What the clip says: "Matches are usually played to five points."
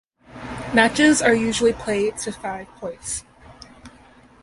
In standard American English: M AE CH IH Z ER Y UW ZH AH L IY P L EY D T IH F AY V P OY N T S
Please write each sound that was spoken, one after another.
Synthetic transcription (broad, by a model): M AE CH IH Z ER Y UW ZH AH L IY P L EY D T IH F AY V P OY T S